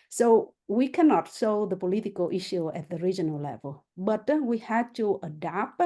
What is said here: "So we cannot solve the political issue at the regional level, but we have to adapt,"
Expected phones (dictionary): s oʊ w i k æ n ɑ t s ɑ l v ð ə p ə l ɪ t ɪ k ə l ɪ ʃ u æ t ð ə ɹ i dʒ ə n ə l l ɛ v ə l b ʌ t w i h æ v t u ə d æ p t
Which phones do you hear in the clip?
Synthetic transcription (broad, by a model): s oʊ w i k æ n ɑ t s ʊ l ð ə p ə l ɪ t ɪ k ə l ɪ ʃ u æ t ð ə ɹ i dʒ ə n ə l l ɛ v ə l b ʌ t w i h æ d t u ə d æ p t